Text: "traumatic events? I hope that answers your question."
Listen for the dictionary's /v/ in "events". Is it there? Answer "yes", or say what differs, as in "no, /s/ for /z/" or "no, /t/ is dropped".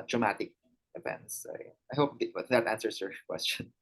no, /p/ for /v/